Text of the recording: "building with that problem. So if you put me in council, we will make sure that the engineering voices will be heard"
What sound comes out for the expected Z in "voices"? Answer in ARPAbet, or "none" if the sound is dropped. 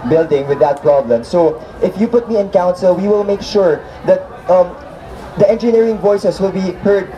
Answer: S